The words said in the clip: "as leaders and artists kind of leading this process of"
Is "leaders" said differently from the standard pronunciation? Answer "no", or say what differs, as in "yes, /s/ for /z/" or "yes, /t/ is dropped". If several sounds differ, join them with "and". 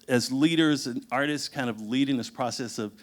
no